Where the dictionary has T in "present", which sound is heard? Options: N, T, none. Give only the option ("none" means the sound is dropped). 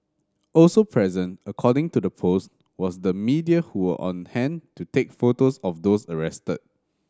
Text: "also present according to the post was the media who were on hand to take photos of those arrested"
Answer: T